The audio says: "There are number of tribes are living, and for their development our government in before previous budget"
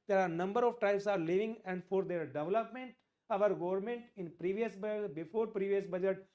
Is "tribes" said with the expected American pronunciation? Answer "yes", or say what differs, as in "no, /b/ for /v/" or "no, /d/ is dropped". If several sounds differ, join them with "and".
no, /ɹ/ is dropped